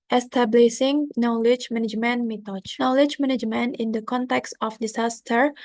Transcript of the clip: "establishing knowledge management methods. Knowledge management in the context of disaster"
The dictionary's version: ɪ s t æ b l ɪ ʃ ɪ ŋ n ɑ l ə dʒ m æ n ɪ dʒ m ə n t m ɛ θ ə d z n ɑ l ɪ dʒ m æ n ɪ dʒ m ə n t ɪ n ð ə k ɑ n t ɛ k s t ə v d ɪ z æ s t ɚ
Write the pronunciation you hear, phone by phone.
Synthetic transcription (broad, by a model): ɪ s t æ b l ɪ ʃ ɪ ŋ n ɑ l ə dʒ m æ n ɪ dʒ m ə n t m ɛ t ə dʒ n ɑ l ɪ dʒ m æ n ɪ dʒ m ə n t ɪ n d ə k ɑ n t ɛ k s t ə f d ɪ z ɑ s t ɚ